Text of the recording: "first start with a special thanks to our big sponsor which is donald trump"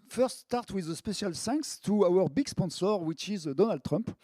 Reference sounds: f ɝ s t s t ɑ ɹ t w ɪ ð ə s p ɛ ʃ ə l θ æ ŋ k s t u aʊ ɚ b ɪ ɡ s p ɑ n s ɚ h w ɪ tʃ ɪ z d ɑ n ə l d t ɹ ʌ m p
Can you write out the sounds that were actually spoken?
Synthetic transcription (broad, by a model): f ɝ s t s t ɑ ɹ t w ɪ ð ə s p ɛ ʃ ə l s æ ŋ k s t u aʊ ɚ b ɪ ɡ s p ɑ n s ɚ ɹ w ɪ tʃ ɪ z d ɑ n ə l d t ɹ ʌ m p